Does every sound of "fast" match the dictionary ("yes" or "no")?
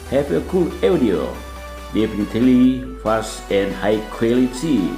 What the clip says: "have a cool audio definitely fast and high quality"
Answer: no